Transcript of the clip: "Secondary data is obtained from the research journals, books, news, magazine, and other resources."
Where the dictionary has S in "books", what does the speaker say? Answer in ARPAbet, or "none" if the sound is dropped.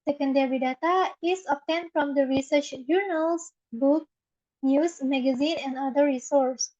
none